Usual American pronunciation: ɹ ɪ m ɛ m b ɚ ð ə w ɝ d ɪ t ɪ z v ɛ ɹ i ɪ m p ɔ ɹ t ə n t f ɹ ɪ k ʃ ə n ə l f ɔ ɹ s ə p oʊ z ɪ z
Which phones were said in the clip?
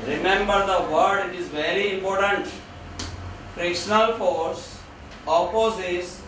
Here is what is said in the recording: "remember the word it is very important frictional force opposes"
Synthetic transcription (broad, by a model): ɹ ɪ m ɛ m b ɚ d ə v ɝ d ɪ t ɪ z v ɛ ɹ i ɪ m p ɔ ɹ t ə n t f ɹ ɪ k ʃ ə n ə l f ɔ ɹ s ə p oʊ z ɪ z